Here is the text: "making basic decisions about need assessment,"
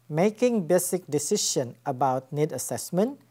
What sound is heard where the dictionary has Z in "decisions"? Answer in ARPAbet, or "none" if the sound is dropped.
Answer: none